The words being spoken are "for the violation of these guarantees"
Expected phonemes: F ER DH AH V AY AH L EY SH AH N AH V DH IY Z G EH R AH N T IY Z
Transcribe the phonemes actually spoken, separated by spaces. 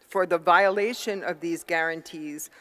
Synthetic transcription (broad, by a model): F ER DH AH V AY AH L EY SH AH N AH V DH IY Z G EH R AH N T IY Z